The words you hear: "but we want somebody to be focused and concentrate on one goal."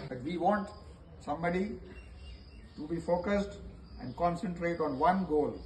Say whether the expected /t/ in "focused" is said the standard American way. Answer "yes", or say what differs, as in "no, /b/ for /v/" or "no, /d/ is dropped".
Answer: yes